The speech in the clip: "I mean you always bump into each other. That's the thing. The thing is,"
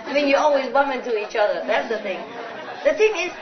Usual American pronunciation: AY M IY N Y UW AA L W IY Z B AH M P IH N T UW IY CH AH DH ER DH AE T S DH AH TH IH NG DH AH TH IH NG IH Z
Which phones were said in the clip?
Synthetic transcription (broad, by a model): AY M IY N Y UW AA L W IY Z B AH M IH N T UW IY CH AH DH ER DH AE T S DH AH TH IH NG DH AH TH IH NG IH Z